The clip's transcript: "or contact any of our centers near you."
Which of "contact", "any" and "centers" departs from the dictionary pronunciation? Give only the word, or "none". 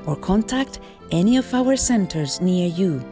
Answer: none